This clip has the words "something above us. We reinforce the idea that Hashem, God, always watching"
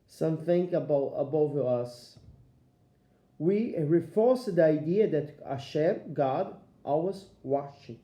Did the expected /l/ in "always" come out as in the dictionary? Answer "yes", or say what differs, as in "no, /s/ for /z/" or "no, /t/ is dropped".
no, /l/ is dropped